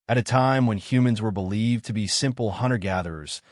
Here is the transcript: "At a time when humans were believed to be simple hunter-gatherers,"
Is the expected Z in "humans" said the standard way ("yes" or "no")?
yes